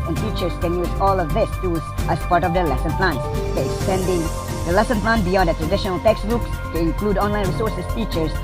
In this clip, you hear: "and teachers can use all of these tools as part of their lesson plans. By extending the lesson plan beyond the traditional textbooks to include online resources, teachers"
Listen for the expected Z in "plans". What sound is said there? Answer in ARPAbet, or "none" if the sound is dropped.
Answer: none